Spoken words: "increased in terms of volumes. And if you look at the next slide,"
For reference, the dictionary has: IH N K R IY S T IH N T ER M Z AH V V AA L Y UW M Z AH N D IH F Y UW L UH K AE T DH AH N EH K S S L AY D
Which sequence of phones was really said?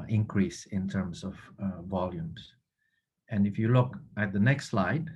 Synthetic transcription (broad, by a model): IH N K R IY S IH N T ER M S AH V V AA L Y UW M S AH N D IH F Y UW L UH K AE T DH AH N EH K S S L AY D